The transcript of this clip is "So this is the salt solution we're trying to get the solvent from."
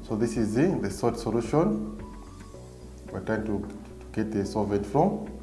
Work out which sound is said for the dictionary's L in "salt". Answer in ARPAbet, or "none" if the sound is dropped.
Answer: none